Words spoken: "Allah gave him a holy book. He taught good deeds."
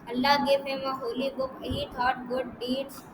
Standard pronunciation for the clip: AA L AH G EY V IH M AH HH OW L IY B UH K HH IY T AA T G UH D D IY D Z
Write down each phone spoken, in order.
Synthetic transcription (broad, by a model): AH L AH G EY P IH M AH HH OW L IY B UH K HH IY T AA T G UH D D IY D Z